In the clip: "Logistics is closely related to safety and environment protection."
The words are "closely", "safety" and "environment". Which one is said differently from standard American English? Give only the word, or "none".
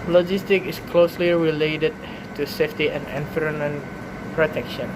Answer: environment